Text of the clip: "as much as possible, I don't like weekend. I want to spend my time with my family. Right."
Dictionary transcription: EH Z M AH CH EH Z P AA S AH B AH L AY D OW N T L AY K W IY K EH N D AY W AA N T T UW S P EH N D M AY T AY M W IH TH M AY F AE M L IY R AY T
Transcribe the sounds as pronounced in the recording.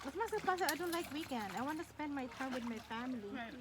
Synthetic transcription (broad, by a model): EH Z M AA S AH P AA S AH AH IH D OW N T L AY K W IY K EH N D AY W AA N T T UW S P EH N D M AY T AY M W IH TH M AY F AE M L IY